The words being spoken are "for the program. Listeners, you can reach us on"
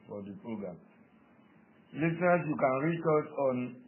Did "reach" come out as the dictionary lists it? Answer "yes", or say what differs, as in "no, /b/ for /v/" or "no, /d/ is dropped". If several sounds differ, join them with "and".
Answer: yes